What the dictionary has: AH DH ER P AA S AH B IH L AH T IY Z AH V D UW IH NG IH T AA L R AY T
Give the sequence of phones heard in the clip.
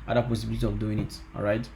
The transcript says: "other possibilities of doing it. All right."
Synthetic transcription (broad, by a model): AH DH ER P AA S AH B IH L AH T IY AH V D UW IH NG IH T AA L R AY T